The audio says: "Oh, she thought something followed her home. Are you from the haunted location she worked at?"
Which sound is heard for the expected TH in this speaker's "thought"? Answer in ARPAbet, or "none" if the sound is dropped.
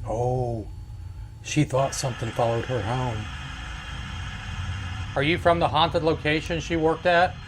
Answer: TH